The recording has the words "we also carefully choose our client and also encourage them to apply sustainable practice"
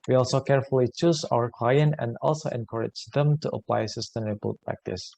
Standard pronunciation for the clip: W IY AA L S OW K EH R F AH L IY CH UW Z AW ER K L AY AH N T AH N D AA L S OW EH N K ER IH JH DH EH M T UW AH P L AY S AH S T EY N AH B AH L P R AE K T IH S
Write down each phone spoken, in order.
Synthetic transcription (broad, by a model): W IY AA L S OW K EH R F AH L IY CH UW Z AW ER K L AY AH N T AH N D AA L S OW EH N K ER IH JH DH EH M T UW AH P L AY S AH S T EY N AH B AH L P R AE K T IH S